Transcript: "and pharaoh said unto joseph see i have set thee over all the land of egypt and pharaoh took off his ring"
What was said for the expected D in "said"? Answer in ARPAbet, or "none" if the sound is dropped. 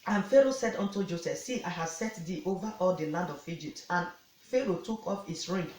D